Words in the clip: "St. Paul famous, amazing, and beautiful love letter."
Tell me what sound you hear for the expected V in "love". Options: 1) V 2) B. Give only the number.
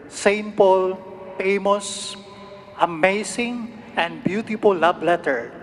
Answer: 2